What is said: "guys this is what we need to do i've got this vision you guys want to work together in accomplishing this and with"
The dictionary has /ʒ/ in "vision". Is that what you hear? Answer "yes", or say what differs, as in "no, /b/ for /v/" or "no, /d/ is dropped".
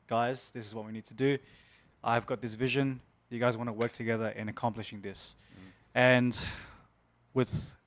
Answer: yes